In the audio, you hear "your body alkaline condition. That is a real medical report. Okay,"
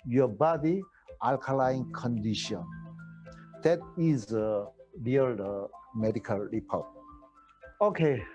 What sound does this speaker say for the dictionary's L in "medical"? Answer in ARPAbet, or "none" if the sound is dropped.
L